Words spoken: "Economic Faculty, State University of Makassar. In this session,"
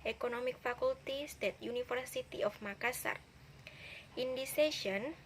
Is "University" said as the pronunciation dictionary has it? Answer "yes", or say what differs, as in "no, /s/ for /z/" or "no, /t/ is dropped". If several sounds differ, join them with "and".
no, /f/ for /v/